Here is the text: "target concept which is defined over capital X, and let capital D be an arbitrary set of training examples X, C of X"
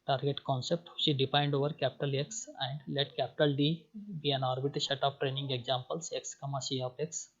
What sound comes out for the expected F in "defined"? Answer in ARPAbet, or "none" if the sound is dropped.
P